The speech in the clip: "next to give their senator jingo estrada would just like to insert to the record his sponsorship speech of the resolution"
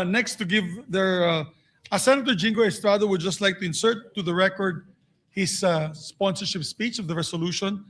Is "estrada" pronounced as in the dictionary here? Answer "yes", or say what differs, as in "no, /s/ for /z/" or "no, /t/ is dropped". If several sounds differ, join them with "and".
yes